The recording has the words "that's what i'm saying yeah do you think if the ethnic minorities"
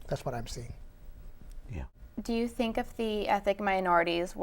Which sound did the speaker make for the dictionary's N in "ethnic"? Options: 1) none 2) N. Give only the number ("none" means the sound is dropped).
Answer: 1